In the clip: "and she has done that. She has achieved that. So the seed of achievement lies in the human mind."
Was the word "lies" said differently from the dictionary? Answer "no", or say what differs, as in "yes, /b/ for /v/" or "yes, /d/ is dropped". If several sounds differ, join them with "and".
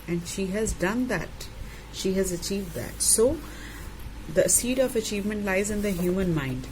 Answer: no